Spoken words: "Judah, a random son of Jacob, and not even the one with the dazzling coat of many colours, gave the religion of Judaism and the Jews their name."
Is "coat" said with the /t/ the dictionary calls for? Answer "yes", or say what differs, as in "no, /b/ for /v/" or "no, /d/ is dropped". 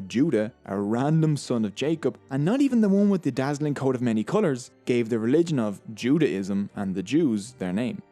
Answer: yes